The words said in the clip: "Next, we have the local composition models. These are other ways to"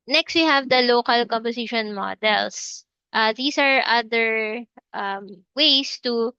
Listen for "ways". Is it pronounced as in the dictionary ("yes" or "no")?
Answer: no